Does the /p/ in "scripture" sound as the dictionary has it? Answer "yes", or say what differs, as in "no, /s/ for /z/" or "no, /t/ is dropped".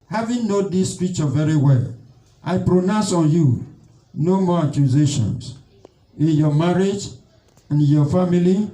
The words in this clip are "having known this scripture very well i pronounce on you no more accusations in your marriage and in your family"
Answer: no, /p/ is dropped